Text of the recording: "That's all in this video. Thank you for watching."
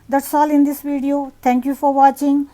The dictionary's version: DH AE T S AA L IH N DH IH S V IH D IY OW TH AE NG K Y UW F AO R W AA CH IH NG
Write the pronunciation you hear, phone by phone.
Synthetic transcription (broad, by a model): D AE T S AA L IH N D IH S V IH D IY OW T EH NG K Y UW F AO R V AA CH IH NG